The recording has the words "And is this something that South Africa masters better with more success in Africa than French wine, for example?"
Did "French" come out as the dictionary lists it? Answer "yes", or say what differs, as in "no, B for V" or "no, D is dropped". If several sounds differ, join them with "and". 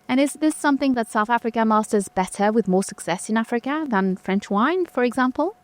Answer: yes